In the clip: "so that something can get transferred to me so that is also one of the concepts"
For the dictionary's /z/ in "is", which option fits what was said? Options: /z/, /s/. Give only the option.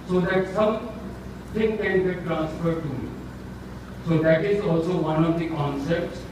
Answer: /z/